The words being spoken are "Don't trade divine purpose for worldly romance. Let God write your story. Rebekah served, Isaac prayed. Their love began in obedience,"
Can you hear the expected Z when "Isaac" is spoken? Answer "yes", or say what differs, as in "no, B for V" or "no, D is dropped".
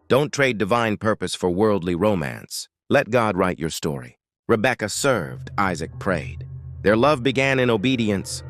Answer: yes